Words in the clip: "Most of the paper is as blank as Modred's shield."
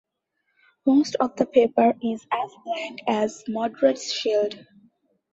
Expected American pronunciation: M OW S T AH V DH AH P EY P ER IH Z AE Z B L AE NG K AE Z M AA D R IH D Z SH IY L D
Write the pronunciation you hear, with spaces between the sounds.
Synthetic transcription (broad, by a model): M OW S T AH V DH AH P EY P ER IH Z AE Z B L AE NG K AE Z M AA D R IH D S SH IY L D